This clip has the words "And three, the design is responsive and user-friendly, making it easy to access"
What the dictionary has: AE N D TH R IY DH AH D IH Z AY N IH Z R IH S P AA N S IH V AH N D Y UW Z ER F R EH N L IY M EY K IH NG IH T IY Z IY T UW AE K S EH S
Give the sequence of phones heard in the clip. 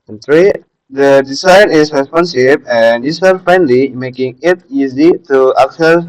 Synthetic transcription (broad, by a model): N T R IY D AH D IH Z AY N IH S R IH S P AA N S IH B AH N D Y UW S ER F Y N L IY M EY K IH NG IH T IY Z IY T UW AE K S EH